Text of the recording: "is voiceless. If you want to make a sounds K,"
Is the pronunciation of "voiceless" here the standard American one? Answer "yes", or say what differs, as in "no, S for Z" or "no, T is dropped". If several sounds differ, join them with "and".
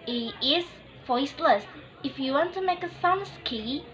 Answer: yes